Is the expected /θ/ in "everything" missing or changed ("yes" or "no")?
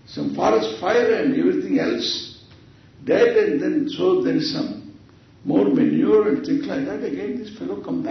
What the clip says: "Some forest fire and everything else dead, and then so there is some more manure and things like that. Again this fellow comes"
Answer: yes